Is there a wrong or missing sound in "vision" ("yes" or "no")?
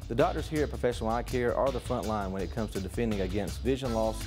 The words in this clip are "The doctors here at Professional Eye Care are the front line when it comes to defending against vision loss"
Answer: no